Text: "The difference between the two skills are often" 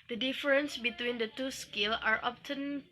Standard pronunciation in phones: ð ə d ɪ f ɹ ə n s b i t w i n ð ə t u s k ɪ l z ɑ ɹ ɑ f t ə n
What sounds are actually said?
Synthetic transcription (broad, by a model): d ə d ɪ f ɹ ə n s b i t w i n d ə t u s k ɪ l ɑ ɹ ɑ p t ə n